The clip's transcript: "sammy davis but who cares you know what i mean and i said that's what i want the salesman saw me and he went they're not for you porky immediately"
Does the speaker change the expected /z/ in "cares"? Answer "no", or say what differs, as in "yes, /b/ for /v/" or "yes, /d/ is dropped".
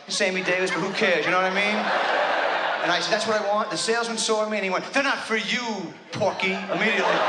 no